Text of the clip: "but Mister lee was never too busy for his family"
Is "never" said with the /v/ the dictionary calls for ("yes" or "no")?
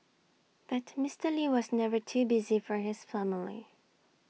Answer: yes